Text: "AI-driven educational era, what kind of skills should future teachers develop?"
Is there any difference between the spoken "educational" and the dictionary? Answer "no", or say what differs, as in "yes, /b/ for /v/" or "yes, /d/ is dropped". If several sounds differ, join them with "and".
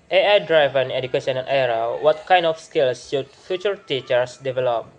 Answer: yes, /n/ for /l/